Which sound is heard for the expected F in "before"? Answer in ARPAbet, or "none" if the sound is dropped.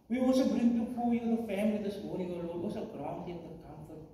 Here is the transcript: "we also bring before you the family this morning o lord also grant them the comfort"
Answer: P